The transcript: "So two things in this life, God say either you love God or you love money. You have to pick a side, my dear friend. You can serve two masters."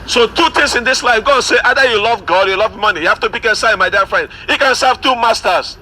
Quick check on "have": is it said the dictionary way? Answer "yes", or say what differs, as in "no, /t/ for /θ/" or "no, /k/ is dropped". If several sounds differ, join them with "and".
no, /f/ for /v/